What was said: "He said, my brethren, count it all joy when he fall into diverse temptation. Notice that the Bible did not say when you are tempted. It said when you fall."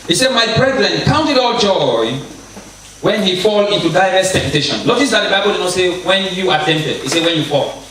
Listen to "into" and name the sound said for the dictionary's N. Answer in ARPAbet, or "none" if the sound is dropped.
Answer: N